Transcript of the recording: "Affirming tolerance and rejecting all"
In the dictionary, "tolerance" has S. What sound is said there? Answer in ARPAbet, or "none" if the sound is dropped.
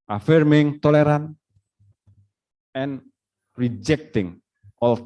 none